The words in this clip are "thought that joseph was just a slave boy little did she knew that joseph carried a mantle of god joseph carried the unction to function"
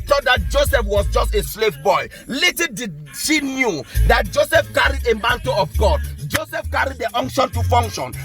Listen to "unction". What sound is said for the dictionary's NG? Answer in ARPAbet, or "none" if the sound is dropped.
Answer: NG